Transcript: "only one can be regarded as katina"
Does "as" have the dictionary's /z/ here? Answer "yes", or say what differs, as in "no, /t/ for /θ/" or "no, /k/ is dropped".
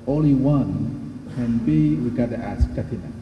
no, /s/ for /z/